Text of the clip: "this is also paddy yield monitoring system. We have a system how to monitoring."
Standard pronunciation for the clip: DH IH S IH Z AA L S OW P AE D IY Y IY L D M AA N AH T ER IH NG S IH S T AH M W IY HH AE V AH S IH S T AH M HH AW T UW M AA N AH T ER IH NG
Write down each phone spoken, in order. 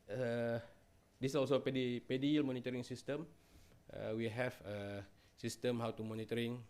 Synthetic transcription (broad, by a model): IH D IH S AA L S OW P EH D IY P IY L M AA N AH T ER IH NG S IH S T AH M W IY HH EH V AH S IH S T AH M HH AW T UW M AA N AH T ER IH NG